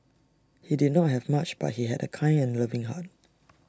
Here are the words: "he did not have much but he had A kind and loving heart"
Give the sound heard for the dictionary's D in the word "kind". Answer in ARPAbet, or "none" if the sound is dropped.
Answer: none